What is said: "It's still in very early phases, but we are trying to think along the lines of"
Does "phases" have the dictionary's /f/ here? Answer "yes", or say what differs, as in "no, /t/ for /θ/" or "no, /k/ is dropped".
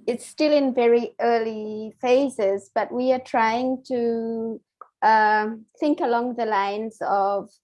yes